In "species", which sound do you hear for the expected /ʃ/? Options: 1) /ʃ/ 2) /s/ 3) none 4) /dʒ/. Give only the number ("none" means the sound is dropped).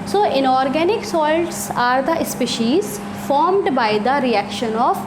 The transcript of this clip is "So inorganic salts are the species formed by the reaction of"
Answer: 1